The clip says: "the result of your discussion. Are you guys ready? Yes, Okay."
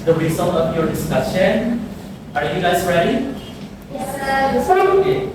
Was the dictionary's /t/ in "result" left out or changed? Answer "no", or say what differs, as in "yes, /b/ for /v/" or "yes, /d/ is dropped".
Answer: yes, /t/ is dropped